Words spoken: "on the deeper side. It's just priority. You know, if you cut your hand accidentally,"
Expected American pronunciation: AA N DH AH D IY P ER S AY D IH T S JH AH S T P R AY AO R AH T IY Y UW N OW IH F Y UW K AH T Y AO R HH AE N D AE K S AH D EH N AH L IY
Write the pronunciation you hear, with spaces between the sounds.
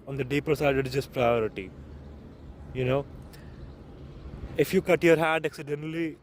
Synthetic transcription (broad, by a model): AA N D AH D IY P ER S AY D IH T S JH AH S T P R AY AO R AH T IY Y UW N OW IH F Y UW K AH T Y AO R HH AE D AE K S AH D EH N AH L IY